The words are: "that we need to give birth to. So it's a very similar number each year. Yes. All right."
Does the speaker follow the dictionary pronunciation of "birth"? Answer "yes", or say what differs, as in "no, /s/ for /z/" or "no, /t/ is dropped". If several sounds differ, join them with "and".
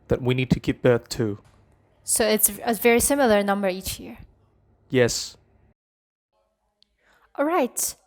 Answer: yes